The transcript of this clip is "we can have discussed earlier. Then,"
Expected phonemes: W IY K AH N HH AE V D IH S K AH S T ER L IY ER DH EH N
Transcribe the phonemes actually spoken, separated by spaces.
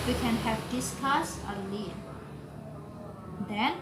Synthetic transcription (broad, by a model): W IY K AH N HH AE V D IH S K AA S ER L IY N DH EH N